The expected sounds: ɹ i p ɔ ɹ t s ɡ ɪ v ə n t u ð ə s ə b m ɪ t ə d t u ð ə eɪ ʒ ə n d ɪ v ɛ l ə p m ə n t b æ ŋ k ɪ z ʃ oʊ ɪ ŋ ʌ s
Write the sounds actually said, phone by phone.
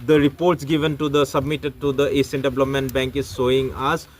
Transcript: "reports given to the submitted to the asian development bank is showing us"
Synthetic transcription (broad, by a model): ɹ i p ɔ ɹ t s ɡ ɪ v ə n t u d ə s ə b m ɪ t ə d t u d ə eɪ s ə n d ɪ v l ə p m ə n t b æ ŋ k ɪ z s oʊ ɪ ŋ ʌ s